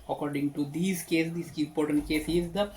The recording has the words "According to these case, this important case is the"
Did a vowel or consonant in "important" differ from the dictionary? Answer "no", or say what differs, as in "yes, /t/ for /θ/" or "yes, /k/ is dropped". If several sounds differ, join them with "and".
yes, /m/ is dropped